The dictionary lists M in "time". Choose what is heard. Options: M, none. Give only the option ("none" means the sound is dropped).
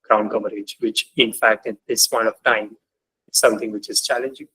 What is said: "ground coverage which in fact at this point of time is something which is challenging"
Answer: M